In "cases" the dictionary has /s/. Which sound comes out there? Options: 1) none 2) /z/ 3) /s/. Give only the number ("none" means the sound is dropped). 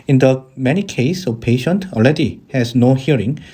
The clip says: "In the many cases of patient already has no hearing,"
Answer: 1